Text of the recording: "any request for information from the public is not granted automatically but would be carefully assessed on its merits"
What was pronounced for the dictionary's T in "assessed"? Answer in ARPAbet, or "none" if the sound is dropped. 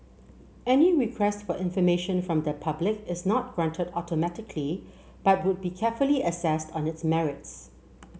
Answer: T